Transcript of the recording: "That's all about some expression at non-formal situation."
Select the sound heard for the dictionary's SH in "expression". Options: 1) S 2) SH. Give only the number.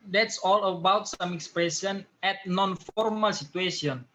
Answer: 1